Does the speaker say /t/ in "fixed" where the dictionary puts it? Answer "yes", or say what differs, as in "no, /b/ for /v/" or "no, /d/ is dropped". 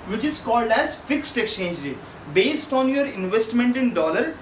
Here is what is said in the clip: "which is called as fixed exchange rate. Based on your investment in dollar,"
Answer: yes